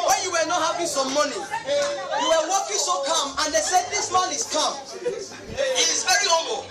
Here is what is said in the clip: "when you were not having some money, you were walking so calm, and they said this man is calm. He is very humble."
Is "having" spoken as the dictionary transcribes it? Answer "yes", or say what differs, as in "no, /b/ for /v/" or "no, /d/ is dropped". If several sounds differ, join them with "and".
no, /p/ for /v/